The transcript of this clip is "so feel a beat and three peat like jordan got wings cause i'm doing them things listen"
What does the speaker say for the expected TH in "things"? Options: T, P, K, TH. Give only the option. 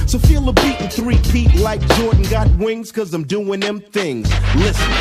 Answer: TH